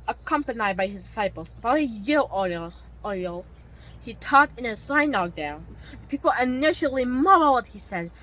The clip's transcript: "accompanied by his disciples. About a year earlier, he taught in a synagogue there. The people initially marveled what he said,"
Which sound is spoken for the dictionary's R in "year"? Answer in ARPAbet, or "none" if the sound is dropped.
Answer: L